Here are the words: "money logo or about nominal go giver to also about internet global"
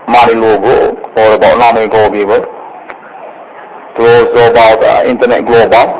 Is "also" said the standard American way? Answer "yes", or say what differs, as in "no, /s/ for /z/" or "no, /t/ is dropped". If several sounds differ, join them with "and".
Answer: no, /l/ is dropped